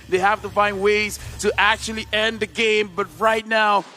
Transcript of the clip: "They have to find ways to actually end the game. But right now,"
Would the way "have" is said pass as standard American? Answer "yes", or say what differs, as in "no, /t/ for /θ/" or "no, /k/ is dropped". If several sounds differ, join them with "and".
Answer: no, /f/ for /v/